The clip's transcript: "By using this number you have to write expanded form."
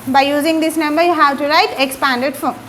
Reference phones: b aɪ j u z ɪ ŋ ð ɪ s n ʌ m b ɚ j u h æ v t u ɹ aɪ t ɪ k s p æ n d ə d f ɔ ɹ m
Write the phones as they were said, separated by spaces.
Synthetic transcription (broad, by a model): b aɪ j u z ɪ ŋ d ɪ s n ʌ m b ɚ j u h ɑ w t u ɹ aɪ t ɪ k s p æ n d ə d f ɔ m